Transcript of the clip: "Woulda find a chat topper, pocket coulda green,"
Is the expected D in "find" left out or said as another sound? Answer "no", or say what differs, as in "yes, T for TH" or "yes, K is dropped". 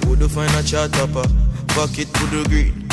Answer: yes, D is dropped